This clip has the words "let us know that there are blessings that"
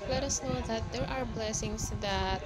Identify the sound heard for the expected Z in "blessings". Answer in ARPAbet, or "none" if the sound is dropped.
S